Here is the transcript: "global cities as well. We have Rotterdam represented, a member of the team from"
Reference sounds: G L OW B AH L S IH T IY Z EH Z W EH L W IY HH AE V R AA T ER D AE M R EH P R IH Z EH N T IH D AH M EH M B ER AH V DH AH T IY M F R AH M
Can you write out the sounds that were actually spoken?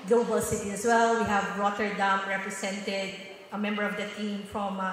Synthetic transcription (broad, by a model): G L OW B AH L S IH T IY EH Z W EH L W IY HH AE V R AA T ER D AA M R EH P R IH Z EH N T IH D AH M EH M B ER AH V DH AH T IY M F R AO M